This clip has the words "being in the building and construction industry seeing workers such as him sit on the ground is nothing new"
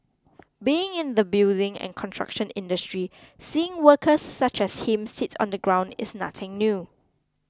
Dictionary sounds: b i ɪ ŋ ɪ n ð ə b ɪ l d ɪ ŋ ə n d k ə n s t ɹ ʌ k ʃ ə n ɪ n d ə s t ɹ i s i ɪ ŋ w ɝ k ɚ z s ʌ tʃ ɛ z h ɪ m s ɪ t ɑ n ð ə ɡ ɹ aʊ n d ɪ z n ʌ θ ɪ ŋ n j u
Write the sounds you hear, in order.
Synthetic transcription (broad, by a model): b i ɪ ŋ ɪ n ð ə b ɪ l d ɪ ŋ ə n k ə n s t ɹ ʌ k ʃ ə n ɪ n d ə s t ɹ i s i ɪ ŋ w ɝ k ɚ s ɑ tʃ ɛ s h ɪ m s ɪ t ɑ n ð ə ɡ ɹ aʊ n d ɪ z n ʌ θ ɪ ŋ n j u